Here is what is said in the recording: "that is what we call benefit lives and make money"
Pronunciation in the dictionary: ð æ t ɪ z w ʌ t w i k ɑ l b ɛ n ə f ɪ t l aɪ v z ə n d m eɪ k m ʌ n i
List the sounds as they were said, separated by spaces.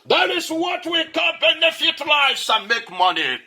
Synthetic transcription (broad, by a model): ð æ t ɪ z w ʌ t w i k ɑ n b ɛ n ə f ɪ t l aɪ z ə m eɪ k m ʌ n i